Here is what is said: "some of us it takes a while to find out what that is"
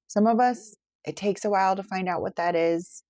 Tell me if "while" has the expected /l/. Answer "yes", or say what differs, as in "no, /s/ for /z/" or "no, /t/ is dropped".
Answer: yes